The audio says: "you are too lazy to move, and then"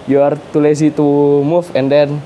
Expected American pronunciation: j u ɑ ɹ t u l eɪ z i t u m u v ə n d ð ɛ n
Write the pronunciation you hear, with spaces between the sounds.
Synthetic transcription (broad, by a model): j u ɑ ɹ t u l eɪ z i t u m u f ə n d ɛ n